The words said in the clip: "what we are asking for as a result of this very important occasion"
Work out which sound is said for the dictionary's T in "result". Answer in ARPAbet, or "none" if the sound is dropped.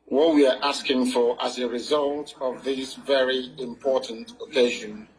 T